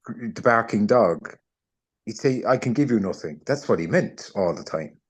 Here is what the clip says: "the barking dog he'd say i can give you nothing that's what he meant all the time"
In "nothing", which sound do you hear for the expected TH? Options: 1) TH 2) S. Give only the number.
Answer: 1